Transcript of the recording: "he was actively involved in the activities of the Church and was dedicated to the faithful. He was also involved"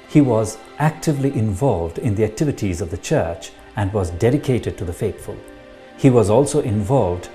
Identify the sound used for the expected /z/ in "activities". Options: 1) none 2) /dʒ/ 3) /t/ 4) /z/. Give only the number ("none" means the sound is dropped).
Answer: 4